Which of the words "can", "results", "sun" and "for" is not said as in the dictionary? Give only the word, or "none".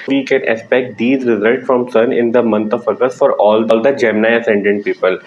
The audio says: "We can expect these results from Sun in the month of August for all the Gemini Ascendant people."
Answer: none